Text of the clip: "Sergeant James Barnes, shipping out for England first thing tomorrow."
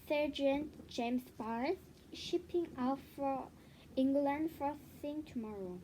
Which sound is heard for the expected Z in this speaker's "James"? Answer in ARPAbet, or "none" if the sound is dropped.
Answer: S